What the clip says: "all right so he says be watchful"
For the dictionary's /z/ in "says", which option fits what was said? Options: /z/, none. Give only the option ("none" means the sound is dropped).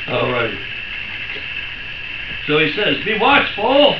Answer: /z/